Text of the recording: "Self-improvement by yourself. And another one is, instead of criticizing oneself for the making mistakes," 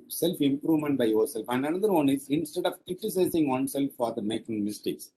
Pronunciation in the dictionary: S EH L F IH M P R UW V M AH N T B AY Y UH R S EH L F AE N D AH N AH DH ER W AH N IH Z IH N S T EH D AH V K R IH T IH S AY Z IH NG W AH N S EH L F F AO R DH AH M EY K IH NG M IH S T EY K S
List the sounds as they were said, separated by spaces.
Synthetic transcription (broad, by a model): S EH L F IH M P R UW V M AH N T B AY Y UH R S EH L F AE N D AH N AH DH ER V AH N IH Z IH N S T EH D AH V K R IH T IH S AY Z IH NG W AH N S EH L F F AO R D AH M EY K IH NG M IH S T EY K S